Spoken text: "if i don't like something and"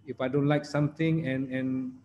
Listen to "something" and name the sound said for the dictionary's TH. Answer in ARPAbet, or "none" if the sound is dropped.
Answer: T